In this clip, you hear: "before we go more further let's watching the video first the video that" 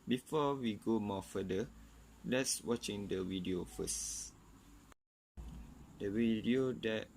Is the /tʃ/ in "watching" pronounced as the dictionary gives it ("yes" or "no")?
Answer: yes